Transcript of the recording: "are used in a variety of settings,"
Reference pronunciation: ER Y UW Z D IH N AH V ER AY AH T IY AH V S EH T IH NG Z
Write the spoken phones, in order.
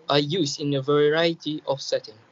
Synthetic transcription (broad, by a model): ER Y UW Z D IH N AH V ER AY AH T IY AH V S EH T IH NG